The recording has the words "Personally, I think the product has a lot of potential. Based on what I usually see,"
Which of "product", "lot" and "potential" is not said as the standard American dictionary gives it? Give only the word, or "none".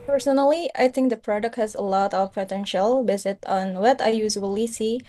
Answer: none